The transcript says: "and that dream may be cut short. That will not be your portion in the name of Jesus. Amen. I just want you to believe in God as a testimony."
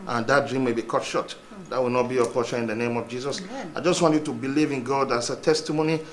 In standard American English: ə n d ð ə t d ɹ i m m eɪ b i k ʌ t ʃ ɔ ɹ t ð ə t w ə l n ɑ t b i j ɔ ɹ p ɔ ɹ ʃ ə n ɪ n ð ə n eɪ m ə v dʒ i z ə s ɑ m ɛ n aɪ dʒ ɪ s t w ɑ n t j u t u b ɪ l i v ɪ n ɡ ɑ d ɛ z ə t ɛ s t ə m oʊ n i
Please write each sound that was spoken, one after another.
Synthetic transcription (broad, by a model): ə n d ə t d ɹ i m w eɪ b i k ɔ t ʃ ɔ t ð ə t w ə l n ɑ t b i j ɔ p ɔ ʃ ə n ɪ n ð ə n eɪ m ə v dʒ i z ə s ɑ ɪ dʒ ɪ s t w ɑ n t j u t u b ɪ l i v ɪ n ɡ ɑ d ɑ s ə t ɛ s t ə m oʊ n i